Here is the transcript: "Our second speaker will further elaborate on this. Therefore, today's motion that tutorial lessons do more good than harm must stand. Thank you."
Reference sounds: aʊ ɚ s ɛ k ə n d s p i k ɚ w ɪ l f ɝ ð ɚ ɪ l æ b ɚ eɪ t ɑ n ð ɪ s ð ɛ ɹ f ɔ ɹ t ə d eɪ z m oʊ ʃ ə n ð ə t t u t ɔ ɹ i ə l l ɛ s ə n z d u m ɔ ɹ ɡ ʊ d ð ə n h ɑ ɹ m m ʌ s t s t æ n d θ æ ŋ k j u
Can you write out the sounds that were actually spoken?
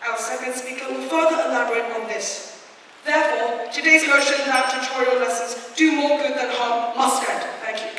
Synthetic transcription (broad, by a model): aʊ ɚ s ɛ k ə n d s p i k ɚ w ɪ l f ɝ ð ɚ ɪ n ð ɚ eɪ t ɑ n ð ɪ s ð ɛ ɹ f ɔ ɹ t ə d eɪ z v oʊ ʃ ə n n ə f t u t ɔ ɹ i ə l l ɛ s ə n z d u m ɔ ɹ ɡ ʊ d ð ə n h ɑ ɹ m m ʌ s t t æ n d θ æ ŋ k j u